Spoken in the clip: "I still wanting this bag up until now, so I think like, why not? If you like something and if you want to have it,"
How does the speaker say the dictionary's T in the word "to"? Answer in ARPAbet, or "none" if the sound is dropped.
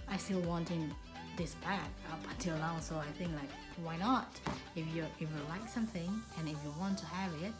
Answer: T